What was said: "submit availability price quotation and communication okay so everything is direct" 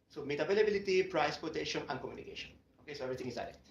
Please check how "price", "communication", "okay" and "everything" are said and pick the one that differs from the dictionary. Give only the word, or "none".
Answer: everything